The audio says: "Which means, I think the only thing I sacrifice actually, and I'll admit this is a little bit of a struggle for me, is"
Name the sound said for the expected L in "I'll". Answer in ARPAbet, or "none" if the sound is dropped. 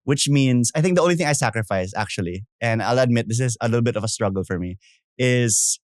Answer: L